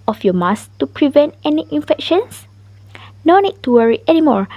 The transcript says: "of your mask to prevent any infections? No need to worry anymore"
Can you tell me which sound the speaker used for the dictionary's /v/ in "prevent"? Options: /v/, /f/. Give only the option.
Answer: /v/